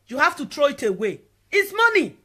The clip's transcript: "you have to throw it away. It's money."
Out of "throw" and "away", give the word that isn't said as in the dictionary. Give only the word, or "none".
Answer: throw